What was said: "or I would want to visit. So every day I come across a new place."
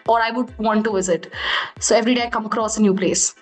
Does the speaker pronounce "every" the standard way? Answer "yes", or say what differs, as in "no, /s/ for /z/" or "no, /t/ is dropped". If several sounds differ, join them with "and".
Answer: yes